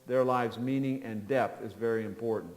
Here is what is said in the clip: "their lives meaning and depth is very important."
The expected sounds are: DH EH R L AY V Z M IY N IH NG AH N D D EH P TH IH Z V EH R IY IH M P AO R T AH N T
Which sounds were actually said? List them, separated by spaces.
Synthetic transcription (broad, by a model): DH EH R L AY V Z M IY N IH NG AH N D D EH P TH IH Z V EH R IY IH M P AO R T N T